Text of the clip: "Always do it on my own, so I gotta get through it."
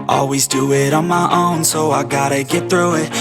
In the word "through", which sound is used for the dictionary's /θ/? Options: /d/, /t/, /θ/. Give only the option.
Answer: /θ/